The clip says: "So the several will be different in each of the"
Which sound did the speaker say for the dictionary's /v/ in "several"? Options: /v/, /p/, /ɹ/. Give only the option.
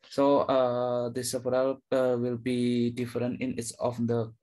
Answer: /p/